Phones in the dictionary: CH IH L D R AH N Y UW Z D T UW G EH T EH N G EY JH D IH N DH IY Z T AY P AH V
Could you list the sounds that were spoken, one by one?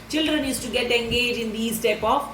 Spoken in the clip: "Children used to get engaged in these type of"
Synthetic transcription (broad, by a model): CH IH L D R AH N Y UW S T UW G EH T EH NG G EY JH IH N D IY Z T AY P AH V